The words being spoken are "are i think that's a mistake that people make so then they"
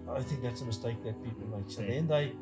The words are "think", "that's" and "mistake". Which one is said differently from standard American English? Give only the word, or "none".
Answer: none